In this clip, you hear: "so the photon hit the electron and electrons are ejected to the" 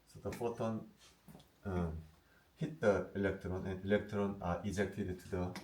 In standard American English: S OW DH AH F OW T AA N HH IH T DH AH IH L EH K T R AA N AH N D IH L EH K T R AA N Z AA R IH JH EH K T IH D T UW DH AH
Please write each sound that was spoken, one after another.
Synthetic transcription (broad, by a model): S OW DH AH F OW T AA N HH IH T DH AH IH L EH K T R AA N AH N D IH L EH K T R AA N AA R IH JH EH K T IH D T UW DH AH